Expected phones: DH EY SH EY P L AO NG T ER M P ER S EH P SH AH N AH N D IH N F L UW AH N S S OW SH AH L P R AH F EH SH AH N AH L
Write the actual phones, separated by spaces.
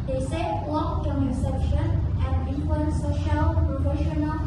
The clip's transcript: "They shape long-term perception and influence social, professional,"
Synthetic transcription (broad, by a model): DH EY S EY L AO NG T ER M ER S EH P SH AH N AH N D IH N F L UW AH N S S OW SH AH L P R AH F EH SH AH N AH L